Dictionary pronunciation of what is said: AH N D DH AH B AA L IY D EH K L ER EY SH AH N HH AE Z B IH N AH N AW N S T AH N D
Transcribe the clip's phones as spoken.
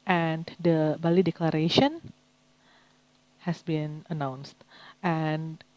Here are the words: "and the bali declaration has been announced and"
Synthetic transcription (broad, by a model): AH N D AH B AA L IY D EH K L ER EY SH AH N HH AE S B IH N AH N AW N S T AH N